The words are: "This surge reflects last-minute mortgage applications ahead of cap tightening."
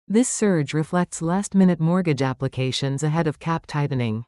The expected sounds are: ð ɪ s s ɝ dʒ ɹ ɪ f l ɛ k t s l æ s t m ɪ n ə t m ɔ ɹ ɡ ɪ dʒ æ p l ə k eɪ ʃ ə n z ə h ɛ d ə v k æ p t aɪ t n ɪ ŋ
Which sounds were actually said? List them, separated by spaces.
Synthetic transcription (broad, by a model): ð ɪ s s ɝ dʒ ɹ ɪ f l ɛ k t s l æ s t m ɪ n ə t m ɔ ɹ ɡ ɪ dʒ æ p l ə k eɪ ʃ ə n z ə h ɛ d ə v k æ p t aɪ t n ɪ ŋ